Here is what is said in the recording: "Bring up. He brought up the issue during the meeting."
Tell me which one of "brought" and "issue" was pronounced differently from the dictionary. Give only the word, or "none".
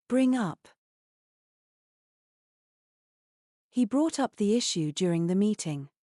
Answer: none